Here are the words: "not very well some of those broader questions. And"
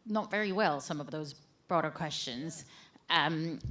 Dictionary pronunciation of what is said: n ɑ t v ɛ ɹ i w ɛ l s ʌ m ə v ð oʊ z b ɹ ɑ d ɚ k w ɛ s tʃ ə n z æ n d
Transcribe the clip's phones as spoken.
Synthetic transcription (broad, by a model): n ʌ t v ɛ ɹ i w ɛ l s ʌ m ə v ð oʊ z b ɹ ɑ d ɚ k w ɛ s tʃ ə n z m